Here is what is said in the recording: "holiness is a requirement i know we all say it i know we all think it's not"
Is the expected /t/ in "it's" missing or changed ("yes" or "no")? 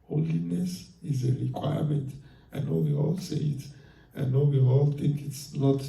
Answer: no